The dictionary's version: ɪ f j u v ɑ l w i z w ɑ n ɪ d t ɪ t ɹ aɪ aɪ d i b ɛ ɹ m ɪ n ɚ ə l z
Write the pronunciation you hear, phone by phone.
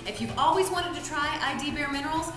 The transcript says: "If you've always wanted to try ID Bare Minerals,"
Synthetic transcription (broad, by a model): ɪ f j u v ɑ l w i z w ɑ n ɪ d t ɪ t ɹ aɪ aɪ d i b ɛ ɹ m ɪ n ɚ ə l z